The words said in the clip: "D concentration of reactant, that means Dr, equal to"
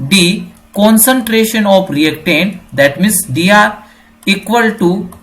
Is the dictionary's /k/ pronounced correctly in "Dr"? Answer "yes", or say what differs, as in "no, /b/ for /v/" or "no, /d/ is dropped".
no, /k/ is dropped